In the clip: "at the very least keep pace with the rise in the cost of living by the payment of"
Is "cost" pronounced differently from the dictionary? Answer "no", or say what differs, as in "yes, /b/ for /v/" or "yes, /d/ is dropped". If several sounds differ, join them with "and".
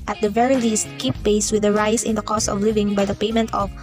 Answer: no